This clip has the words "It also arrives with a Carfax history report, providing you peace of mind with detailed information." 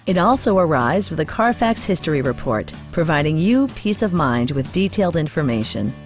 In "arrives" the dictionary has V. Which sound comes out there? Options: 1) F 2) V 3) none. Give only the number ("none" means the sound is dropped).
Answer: 3